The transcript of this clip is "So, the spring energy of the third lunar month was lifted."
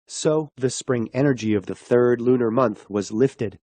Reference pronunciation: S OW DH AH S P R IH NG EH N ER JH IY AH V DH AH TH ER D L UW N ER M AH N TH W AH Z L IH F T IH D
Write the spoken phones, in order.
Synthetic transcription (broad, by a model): S OW DH AH S P R IH NG EH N ER JH IY AH V DH AH TH ER D L UW N ER M AH N TH W AH Z L IH F T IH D